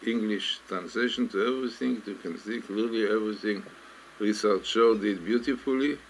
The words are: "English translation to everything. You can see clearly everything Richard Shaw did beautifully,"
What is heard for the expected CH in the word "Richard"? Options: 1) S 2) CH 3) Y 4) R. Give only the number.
1